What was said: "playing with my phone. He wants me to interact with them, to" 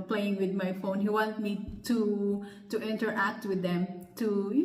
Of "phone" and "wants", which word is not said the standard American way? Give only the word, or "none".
wants